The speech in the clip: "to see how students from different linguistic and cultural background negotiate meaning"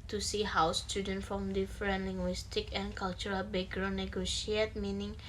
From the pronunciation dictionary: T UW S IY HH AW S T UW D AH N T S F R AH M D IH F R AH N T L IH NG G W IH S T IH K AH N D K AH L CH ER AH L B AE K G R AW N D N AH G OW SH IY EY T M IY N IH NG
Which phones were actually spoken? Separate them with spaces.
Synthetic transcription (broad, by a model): T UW S IY HH AW S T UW D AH N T F R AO M D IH F R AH N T L IH NG G W IH S T IH K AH N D K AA L CH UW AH L B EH G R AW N N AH G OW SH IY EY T M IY N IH NG